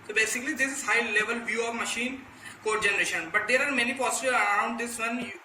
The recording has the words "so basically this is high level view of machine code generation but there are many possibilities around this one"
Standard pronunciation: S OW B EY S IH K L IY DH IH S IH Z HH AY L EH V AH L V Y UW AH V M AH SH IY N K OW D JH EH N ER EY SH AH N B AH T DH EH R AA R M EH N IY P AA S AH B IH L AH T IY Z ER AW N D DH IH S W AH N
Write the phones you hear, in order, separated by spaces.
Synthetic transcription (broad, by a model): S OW B EY S IH K L IY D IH S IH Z HH AY L EH V AH L V Y UW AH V M AH SH IY N K OW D JH EH N ER EY SH AH N B AH T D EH R AA R M EH N IY P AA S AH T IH AH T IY UH N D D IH S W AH N